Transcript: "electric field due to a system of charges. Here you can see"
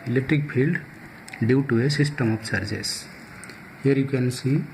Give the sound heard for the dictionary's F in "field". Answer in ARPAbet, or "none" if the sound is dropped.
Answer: P